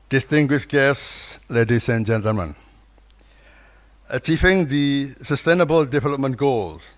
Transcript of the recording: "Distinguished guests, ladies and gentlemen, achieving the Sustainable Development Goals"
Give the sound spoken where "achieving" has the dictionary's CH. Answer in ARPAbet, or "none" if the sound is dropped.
CH